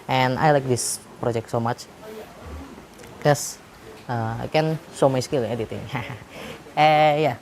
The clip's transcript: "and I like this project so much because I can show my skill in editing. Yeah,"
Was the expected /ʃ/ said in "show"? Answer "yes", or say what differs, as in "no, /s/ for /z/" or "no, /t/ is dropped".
no, /s/ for /ʃ/